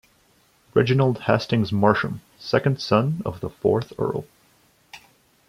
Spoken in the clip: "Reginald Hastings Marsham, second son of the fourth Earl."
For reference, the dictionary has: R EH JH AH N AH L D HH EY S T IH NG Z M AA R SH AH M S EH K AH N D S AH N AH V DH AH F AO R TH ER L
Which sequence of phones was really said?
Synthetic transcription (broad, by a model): R EH JH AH N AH L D HH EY S T IH NG Z M AA R SH AH M S EH K AH N D S AH N AH V DH AH F AO R TH ER L